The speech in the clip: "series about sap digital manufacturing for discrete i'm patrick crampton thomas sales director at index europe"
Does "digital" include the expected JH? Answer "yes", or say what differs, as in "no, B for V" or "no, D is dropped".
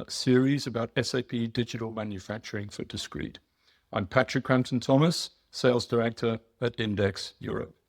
yes